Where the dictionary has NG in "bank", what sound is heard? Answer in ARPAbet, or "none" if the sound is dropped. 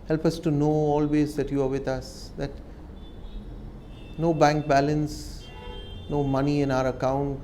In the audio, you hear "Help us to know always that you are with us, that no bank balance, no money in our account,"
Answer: NG